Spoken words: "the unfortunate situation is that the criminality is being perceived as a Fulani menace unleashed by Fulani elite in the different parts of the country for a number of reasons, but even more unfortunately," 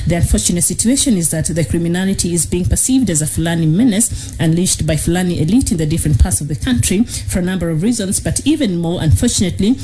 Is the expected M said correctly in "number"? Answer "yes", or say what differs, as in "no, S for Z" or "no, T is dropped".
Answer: yes